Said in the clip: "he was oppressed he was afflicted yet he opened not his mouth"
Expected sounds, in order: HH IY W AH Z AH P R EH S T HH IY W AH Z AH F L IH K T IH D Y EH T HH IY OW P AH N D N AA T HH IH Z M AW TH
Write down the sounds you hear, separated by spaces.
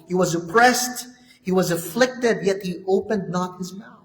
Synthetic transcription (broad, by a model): HH IY W AH Z AH P R EH S T HH IY W AH Z AH F L IH K T IH D Y EH T HH IY OW P AH N D N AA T HH IH Z M AW